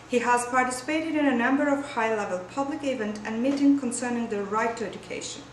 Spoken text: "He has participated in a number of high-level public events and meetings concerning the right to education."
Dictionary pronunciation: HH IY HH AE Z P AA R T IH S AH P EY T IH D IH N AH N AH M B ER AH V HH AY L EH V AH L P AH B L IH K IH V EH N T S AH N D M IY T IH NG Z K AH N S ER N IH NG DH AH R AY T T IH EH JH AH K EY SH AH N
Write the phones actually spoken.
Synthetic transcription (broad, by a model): HH IY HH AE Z P AA R T IH S AH P EY T IH D IH N AH N AH M B ER AH V HH AY L EH V AH L P AH B L IH K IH V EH N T AH N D M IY T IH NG K AH N S ER N IH NG DH AH R AY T T IH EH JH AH K EY SH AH N